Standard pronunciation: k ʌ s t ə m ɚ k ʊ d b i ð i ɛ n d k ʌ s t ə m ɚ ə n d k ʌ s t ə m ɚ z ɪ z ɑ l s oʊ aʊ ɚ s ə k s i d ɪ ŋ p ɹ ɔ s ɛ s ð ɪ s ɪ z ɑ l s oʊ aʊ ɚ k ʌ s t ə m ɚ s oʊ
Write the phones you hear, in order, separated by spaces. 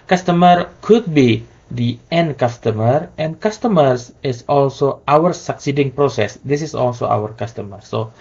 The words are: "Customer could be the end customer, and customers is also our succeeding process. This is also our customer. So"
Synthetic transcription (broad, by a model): k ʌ s t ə m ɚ k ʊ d b i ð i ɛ n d k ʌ s t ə m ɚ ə n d k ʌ s t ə m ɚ s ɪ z ɑ l s oʊ aʊ ɚ s ə k s i d ɪ ŋ p ɹ ɔ s ɛ s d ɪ s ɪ s ɑ l s oʊ aʊ ɚ k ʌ s t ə m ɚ s oʊ